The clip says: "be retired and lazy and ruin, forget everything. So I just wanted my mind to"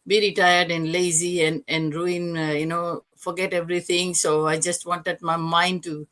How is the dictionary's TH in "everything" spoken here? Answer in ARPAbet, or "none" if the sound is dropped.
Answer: T